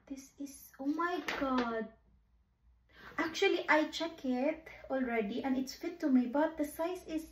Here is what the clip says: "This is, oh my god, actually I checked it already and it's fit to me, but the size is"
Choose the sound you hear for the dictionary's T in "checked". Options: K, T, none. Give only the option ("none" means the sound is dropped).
none